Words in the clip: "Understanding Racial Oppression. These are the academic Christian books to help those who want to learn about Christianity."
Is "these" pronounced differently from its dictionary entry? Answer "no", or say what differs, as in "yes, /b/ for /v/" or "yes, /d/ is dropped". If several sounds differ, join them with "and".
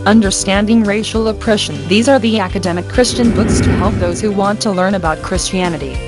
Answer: no